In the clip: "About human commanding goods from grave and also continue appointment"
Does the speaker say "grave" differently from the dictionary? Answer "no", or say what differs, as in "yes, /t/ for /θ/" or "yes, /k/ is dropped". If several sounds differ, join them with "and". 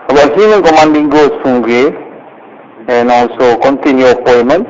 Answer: yes, /ɹ/ is dropped and /v/ is dropped